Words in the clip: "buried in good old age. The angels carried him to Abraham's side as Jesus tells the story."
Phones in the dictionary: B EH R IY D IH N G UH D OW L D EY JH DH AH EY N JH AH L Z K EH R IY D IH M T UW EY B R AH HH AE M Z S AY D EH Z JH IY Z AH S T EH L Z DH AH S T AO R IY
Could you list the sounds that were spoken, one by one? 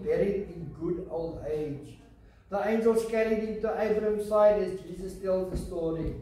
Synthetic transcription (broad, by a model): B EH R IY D IH N G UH D OW L D EY JH DH AH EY N JH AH L S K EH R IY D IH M T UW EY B R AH M S AY D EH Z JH IY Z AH S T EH L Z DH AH S T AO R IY